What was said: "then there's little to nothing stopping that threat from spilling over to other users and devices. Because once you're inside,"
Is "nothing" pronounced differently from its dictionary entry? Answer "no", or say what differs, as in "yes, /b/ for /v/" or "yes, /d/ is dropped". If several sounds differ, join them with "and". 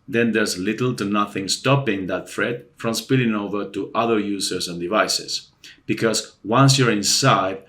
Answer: no